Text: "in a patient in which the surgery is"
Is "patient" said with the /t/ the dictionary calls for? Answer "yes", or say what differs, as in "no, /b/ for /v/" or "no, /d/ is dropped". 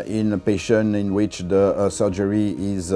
no, /t/ is dropped